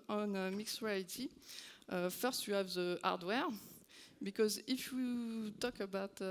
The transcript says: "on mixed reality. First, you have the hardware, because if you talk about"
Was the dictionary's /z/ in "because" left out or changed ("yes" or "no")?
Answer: no